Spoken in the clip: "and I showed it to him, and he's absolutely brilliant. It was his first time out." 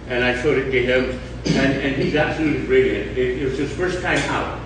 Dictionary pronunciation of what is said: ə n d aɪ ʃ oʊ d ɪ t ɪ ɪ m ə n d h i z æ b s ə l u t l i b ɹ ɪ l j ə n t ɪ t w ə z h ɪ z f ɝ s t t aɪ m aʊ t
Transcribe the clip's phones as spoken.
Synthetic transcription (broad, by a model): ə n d aɪ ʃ oʊ d ɪ t ɪ ɪ m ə n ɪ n i z æ b s ə l u t l i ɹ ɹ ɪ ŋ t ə t ɪ t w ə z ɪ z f ɝ s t t aɪ m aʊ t